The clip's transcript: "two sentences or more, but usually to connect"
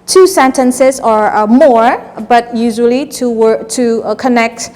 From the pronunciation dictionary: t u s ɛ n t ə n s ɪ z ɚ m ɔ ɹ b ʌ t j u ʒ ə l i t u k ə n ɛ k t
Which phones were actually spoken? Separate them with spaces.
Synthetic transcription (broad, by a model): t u s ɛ n t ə n s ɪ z ɚ m ɔ ɹ b ʌ t j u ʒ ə w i t u k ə n ɛ k t